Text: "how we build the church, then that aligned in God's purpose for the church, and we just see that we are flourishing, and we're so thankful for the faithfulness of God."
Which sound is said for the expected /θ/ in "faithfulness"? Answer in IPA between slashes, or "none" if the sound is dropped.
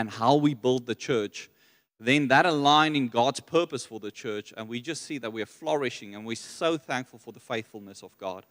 /θ/